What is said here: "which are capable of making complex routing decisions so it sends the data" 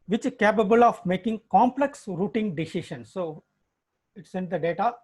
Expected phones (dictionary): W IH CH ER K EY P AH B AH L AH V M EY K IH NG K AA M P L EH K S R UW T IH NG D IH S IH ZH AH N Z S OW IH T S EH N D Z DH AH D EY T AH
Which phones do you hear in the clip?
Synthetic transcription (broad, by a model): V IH CH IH K EY P AH B AH L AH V M EY K IH NG K AA M P L EH K S R UW T IH NG D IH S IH SH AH N S OW IH T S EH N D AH D EY T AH